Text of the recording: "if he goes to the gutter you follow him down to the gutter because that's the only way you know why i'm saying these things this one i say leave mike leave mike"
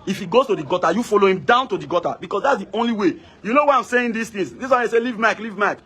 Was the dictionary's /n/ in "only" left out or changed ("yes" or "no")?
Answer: no